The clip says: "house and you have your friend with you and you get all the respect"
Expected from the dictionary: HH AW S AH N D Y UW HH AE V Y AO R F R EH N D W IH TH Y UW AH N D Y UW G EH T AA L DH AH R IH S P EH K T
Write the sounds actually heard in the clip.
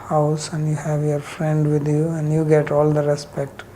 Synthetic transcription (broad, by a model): HH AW S AH N D Y UW HH AE V Y AO R F R EH N D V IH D Y UW AH N D Y UW G EH T AA L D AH R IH S P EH K T